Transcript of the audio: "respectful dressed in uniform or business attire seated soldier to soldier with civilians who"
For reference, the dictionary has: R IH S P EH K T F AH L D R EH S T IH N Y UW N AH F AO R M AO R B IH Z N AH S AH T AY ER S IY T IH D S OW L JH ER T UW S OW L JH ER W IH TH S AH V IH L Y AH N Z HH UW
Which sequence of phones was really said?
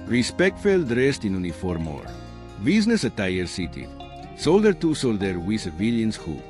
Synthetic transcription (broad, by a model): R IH S P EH K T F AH L D R EH S T IH N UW N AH F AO R M AO R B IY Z N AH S AH T AY ER S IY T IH S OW L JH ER T UW S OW L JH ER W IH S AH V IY L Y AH N S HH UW